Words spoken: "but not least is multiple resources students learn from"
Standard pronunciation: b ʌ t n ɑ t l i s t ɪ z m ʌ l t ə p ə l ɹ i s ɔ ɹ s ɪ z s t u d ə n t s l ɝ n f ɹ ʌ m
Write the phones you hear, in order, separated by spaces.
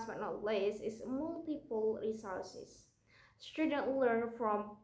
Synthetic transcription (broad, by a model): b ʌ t n ɑ t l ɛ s ɪ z m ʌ l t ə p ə l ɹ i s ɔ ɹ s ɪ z s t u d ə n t l ɝ n f ɹ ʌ m